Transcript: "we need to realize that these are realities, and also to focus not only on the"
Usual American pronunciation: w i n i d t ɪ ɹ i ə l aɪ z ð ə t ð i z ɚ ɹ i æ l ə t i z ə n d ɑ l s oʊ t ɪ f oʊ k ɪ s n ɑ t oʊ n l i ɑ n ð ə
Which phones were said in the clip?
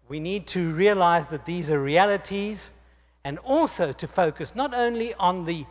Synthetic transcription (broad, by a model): w i n i d t ɪ ɹ i ə l aɪ z ð ə t ð i z ɚ ɹ i æ l ə t i z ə n ɑ l s oʊ t ɪ f oʊ k ɪ s n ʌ t oʊ n l i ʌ n ð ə